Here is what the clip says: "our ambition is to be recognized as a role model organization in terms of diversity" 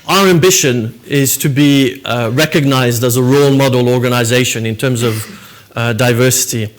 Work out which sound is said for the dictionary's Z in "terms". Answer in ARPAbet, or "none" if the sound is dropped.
Z